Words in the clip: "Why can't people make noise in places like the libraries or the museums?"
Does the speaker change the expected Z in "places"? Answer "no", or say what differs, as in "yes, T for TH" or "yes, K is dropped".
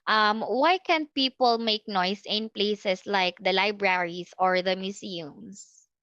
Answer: yes, S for Z